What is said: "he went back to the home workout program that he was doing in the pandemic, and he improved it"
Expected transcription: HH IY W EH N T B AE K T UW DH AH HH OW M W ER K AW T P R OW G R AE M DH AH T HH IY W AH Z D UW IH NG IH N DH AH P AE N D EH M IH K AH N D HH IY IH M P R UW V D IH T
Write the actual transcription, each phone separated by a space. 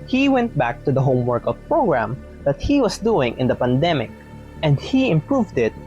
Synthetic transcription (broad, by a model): HH IY W EH N T B AE K T UW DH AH HH OW M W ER K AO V P R OW G R AE M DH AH T HH IY W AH S D UW IH NG IH N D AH P AE N D EH M IH K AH N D HH IY IH M P R UW V D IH T